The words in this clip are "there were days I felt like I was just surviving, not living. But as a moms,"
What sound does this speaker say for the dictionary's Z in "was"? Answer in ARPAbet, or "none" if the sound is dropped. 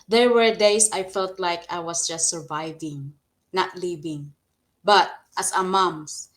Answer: S